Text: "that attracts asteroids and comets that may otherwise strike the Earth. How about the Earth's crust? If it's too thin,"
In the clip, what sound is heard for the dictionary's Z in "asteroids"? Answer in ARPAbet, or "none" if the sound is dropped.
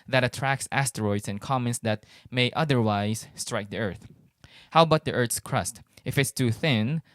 S